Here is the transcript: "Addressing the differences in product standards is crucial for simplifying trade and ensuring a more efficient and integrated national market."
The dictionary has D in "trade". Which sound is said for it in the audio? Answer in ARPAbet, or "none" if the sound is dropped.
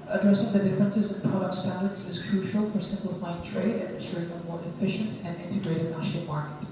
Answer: D